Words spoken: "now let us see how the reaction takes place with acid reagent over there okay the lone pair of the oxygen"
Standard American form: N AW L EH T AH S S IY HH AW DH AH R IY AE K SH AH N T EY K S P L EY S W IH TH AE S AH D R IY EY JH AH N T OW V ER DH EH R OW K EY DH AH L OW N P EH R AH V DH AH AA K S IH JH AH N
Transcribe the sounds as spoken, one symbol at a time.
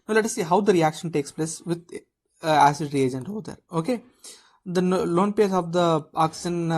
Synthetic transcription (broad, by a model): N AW L EH T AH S S IY HH AW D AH R IY AE K SH AH N T EY K S P L EY S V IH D AE S AH D R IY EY JH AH N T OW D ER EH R OW K EY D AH L OW N P EH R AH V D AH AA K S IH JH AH N